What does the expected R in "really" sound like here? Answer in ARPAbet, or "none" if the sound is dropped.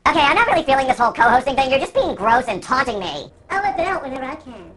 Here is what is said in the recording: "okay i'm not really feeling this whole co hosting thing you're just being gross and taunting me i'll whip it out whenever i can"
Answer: R